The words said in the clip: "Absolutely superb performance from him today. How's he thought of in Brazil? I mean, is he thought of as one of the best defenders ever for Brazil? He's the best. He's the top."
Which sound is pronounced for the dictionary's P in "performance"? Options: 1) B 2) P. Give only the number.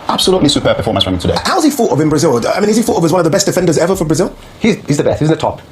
1